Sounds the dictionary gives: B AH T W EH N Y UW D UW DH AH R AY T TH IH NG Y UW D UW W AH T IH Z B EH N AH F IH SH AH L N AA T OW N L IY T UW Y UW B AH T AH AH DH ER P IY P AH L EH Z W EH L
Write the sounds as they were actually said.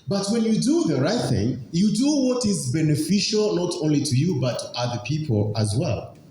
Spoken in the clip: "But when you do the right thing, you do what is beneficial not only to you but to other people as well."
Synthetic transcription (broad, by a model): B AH T W EH N Y UW D UW DH AH R AY T TH IH NG Y UW D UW W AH T IH Z B EH N AH F IH SH AH L N AA T OW N L IY T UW Y UW B AH T AH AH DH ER P IY P AH L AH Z W EH L